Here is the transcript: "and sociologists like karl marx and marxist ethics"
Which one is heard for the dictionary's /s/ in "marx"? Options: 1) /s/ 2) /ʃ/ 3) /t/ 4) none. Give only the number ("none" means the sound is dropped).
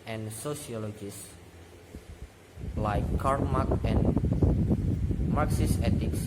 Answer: 4